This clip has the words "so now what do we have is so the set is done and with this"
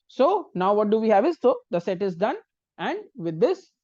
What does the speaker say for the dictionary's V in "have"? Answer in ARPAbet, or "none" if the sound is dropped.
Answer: V